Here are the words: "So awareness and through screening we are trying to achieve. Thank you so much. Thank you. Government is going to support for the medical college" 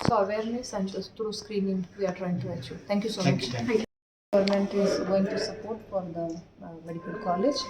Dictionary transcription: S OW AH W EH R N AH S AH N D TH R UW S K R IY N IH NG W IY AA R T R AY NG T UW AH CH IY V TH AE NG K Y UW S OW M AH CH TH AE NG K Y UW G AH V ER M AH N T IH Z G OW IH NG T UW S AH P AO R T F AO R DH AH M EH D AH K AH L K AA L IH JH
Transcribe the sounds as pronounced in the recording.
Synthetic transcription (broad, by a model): S OW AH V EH R N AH S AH N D T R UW S K R IY N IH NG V IY AA R T R AY NG T UW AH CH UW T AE NG K Y UW S OW M AH CH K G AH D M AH N T IH Z G OW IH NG T UW S AH P AO R T F AO R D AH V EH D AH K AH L K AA L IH JH